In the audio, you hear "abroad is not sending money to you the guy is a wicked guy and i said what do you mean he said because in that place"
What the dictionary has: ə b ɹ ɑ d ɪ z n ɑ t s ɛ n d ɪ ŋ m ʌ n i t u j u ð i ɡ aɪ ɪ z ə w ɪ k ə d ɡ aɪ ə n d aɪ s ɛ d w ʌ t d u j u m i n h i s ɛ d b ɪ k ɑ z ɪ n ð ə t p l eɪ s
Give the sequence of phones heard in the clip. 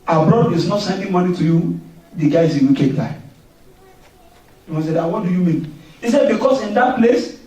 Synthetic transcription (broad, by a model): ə b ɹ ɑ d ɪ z n ɑ t s ɛ n d ɪ ŋ m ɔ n i t u j u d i ɡ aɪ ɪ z ə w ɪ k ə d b aɪ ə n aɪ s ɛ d w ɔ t d u j u m i n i s ɛ d b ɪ k ɑ s ɪ n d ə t p l eɪ s